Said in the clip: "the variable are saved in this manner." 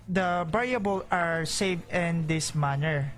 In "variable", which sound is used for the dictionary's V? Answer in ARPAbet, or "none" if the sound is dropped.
B